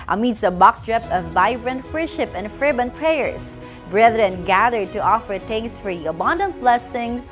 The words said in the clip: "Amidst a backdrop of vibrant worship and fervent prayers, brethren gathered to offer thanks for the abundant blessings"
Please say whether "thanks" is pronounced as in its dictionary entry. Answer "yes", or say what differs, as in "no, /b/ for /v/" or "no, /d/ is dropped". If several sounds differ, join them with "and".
no, /t/ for /θ/